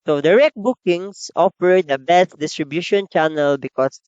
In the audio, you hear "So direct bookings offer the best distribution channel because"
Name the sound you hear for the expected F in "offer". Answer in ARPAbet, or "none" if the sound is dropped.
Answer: P